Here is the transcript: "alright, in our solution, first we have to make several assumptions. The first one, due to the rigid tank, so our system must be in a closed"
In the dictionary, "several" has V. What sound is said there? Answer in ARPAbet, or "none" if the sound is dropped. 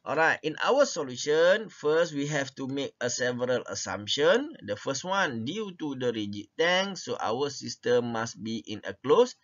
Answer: V